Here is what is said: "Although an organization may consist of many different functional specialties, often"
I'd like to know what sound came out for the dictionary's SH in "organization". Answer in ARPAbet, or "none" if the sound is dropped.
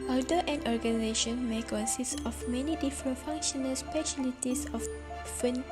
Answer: SH